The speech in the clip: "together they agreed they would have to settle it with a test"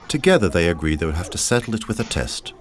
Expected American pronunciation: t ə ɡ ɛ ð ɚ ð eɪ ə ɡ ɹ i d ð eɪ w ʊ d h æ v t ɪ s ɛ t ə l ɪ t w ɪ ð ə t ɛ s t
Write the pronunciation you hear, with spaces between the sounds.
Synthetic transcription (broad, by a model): t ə ɡ ɛ ð ɚ ð eɪ ə ɡ ɹ i d ð eɪ w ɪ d h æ f t ɪ s ɛ t l ɪ t w ɪ ð ə t ɛ s t